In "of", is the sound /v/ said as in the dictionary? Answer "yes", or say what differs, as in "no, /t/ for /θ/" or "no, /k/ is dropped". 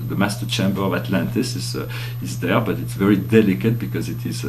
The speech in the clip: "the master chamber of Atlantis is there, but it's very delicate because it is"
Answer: yes